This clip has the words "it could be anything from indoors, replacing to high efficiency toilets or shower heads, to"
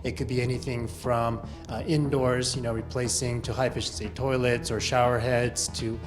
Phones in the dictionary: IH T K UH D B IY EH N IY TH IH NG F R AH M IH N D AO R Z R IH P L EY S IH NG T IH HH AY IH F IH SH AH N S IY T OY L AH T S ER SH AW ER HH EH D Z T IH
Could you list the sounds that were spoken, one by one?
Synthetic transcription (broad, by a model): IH T K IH D B IY EH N IY TH IH NG F R AH M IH N D AO R Z R IH P L EY S IH NG T IH HH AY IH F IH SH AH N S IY T OY L AH T S ER SH AW ER HH EH D Z T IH